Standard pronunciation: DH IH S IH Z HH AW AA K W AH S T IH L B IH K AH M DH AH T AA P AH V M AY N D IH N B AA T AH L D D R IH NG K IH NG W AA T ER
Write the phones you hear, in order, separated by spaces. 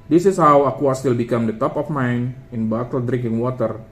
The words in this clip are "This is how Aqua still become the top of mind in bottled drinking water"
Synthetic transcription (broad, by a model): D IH S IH S HH AW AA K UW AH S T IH L B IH K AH M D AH T AA P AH F M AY N IH N B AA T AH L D D R IH NG K IH NG W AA T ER